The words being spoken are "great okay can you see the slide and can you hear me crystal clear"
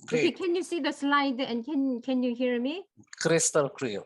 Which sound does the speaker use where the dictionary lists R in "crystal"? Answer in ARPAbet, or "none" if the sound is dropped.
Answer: R